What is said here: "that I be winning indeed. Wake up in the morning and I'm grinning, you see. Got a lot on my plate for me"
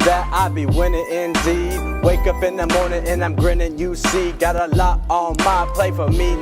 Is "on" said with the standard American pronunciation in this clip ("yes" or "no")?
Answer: no